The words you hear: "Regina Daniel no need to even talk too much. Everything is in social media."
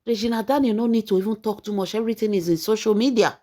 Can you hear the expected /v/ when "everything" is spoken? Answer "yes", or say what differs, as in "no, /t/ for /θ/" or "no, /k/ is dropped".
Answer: no, /v/ is dropped